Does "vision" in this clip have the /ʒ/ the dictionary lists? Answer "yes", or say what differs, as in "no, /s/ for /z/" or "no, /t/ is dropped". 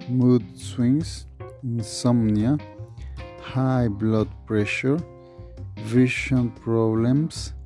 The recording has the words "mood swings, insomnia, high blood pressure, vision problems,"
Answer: no, /ʃ/ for /ʒ/